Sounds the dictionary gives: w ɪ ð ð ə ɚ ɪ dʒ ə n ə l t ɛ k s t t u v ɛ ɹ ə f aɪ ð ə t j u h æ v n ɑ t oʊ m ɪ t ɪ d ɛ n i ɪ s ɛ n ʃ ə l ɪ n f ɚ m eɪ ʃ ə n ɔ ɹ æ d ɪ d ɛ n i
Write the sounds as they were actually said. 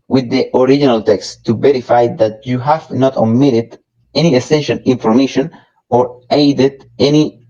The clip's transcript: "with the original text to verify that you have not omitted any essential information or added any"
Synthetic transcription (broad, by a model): w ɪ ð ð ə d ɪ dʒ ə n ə l t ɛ k s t t u v ɛ ɹ ə f aɪ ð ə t j u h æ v n ɑ t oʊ m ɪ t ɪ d ɛ n i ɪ s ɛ n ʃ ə n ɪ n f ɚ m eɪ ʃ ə n ɔ ɹ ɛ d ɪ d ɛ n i